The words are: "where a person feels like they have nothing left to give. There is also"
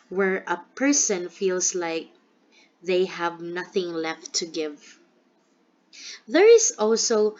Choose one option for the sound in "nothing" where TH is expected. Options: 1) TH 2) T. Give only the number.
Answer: 1